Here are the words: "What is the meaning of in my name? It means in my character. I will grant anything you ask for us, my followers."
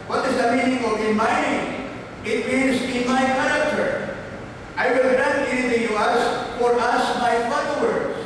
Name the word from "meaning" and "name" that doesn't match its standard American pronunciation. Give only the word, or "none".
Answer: name